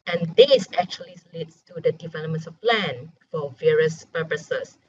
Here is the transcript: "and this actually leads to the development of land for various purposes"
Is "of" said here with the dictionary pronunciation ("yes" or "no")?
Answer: no